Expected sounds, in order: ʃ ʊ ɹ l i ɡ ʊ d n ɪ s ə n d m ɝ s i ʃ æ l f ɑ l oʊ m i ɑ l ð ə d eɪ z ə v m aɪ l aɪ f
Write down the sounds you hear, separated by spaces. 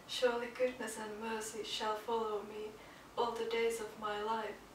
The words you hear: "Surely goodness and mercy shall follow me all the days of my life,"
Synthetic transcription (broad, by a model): ʃ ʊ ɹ l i ɡ ʊ d n ɪ s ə n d m ɝ s i ʃ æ l f ɑ l oʊ m i ɑ l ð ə d eɪ z ə v m aɪ l aɪ f